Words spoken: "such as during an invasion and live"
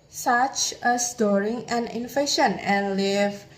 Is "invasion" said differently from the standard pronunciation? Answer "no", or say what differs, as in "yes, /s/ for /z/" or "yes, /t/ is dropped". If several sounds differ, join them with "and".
yes, /f/ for /v/ and /ʃ/ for /ʒ/